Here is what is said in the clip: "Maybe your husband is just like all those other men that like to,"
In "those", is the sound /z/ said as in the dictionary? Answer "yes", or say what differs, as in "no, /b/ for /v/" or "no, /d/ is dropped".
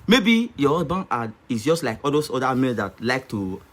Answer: no, /s/ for /z/